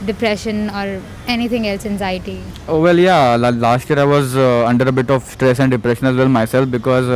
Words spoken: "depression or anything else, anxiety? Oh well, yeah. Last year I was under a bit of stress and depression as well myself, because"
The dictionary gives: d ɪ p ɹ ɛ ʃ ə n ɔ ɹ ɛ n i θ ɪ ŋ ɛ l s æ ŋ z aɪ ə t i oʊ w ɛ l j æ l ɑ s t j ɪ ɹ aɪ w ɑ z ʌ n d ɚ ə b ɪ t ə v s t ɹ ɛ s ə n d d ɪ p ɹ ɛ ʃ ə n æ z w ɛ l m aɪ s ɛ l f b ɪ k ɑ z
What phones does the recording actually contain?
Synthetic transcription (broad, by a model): d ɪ p ɹ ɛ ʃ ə n ɔ ɹ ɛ n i t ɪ ŋ ɛ l s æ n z aɪ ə t i oʊ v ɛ l j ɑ l ɑ s t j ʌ ɹ aɪ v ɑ z ʌ n d ɚ ə b ɪ t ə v s t ɹ ɛ s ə n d d ɪ p ɹ ɛ ʃ ə n æ z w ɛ l m aɪ s ɛ l f b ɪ k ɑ z